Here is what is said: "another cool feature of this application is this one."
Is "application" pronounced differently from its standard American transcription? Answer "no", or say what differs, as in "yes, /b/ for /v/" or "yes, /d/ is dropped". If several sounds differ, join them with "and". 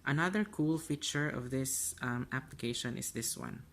no